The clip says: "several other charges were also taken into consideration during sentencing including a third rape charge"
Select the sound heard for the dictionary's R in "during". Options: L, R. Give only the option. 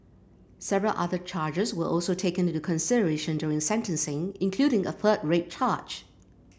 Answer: R